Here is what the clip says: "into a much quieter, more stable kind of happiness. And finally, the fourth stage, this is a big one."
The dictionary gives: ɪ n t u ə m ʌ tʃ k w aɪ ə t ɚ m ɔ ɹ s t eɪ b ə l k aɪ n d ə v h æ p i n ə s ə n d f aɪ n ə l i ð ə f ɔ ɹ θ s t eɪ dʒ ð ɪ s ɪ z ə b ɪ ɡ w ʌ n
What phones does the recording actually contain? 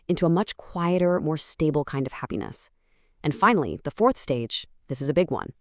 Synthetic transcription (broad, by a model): ɪ n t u ə m ʌ tʃ k w aɪ ə t ɚ m ɔ ɹ s t eɪ b l k aɪ n d ə v h æ p i n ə s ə n f aɪ n l i ð ə f ɔ ɹ θ s t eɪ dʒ ð ɪ s ɪ z ə b ɪ ɡ w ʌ n